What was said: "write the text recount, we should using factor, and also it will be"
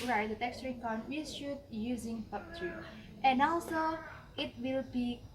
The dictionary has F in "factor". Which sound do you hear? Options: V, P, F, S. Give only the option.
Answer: P